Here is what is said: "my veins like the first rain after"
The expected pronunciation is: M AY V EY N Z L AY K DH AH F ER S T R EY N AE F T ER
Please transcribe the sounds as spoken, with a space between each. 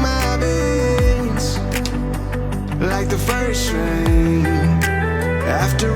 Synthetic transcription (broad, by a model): M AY B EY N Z L AY K DH AH F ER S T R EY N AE F T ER